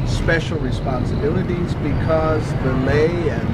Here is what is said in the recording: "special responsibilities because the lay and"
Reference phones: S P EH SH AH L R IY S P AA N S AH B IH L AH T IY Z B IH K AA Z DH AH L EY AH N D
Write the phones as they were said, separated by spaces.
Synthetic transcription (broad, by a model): S P EH SH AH L R IY S P AA N S AH B IH L AH T IY Z B IH K AA Z DH AH L EY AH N